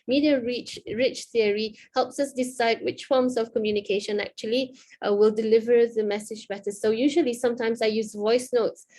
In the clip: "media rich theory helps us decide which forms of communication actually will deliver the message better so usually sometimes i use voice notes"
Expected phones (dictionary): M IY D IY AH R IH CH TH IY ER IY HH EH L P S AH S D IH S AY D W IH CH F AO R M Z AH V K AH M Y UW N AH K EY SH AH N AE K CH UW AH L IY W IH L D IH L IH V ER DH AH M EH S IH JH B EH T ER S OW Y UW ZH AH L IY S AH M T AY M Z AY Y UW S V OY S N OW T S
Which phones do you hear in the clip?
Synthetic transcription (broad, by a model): M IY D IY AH R IH CH TH IY ER IY HH EH L P S AH S D IH S AY D W IH CH F AO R M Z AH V K AH M Y UW N AH K EY SH AH N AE K CH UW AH L IY W IH L D IH L IH V ER DH AH M EH S IH JH B EH T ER S OW Y UW ZH AH L IY S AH M T AY M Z AY Y UW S V OY S N OW T S